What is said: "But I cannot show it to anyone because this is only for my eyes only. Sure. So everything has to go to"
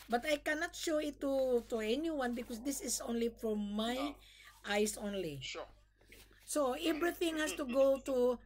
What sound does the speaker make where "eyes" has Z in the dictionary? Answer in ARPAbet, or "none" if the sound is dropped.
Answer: S